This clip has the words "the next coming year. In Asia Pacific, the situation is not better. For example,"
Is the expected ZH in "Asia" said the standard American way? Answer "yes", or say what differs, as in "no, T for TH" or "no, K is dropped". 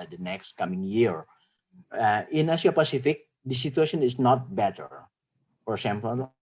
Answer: no, S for ZH